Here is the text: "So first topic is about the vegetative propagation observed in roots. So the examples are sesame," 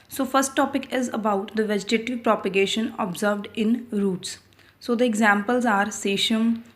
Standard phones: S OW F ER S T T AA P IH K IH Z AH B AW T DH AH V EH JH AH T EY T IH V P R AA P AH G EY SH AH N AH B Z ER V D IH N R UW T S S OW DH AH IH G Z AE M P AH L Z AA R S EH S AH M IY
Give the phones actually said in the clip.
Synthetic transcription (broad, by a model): S OW F ER S T T AA P IH K IH Z AH B AW T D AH V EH JH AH T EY T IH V P R AA P AH G EY SH AH N AH B Z ER V D IH N R UW T S S OW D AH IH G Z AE M P AH L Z AA R S EH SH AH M